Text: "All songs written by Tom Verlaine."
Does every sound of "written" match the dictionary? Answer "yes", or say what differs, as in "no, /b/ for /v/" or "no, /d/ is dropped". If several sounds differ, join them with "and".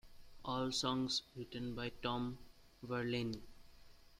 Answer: yes